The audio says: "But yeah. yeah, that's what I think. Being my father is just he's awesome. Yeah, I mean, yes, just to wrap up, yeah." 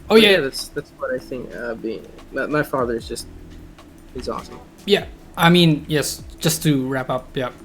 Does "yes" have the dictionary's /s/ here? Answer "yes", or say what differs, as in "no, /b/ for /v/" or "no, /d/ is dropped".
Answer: yes